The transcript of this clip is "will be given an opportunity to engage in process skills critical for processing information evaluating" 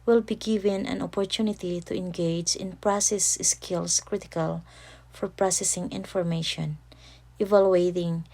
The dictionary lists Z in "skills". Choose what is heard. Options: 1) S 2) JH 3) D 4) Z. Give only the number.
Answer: 1